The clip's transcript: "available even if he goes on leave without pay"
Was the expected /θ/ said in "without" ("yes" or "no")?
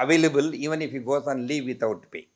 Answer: no